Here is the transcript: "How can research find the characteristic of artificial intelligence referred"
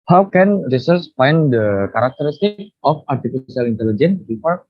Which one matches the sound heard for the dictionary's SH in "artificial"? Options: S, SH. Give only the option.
S